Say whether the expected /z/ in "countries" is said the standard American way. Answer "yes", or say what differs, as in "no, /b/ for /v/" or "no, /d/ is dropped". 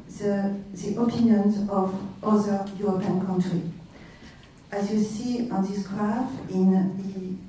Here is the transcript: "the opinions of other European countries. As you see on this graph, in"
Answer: no, /z/ is dropped